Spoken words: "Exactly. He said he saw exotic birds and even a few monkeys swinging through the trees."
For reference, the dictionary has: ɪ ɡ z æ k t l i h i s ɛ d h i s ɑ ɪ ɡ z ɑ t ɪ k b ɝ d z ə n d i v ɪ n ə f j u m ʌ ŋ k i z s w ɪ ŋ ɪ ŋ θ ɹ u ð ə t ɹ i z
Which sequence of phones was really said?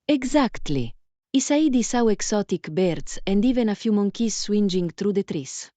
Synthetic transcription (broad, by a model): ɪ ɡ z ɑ k t l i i s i d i s ɑ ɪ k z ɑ t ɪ k b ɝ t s ə n d i v ɪ n ə f j u m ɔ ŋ k i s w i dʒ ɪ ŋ t ɹ u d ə t ɹ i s